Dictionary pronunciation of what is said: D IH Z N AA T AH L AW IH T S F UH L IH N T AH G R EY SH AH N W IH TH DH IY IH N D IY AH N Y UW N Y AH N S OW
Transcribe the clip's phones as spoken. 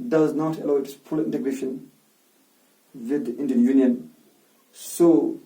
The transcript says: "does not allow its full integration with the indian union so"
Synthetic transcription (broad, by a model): D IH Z N AA T AH L AW IH T S P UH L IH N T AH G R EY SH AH N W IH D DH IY IH N D IY AH N Y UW N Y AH N S OW